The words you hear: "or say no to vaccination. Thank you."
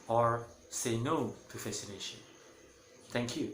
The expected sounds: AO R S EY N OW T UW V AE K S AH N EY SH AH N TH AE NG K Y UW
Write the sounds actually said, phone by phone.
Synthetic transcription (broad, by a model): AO R S EY N OW T UW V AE S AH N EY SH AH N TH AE NG K Y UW